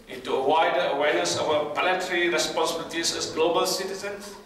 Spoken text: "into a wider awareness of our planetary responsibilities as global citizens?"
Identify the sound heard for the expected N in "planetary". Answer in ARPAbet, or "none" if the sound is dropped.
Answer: L